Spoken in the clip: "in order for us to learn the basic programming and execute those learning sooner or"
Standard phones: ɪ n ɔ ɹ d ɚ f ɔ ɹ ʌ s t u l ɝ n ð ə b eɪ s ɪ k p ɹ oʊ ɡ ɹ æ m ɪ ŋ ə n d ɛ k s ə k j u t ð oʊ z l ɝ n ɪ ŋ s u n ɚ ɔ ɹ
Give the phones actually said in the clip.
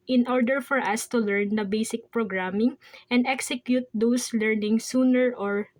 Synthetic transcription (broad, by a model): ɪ n ɔ ɹ d ɚ f ɔ ɹ ʌ s t u l ɝ n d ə b eɪ s ɪ k p ɹ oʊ ɡ ɹ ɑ m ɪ ŋ ə n d ɛ k s ə k j u t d oʊ s l ɝ n ɪ ŋ s u n ɚ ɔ ɹ